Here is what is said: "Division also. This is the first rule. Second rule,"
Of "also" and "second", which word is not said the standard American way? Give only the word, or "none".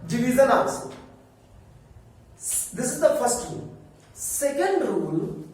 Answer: also